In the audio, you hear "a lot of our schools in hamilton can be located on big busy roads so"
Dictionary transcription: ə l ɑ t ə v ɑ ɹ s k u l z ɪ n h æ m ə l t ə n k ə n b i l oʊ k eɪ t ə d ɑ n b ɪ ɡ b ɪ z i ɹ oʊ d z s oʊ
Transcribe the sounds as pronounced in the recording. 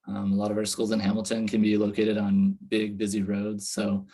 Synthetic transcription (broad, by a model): ə l ɑ t ə v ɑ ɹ s k u l z ɪ n h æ m l t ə n k ə n b i l oʊ k eɪ t ə d n b ɪ ɡ b ɪ z i ɹ oʊ d z s oʊ